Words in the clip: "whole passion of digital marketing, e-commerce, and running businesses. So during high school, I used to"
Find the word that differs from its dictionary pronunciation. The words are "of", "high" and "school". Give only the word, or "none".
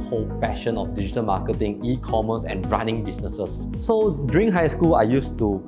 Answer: of